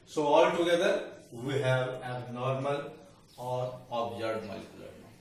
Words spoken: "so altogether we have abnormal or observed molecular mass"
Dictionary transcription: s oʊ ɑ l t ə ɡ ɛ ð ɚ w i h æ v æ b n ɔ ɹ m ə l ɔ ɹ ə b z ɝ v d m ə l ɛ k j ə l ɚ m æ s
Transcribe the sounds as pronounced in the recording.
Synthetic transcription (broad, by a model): s oʊ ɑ l t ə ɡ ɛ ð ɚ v i h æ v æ n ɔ ɹ m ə l ɔ ɹ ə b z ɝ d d m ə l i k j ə l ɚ